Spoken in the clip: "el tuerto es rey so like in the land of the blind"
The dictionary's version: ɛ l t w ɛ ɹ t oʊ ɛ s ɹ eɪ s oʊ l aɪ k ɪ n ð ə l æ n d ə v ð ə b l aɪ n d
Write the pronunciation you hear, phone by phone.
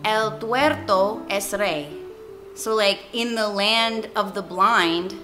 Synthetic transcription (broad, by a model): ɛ l t w ɛ ɹ t oʊ ɛ s ɹ eɪ s oʊ l aɪ k ɪ n ð ə l æ n d ə v ð ə b l aɪ n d